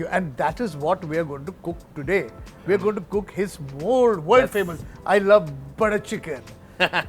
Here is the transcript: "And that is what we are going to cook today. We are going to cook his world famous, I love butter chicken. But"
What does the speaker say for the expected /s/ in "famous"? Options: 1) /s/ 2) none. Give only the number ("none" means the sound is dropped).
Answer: 2